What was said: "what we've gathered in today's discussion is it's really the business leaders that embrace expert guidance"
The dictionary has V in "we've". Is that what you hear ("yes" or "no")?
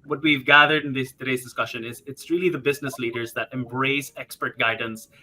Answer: yes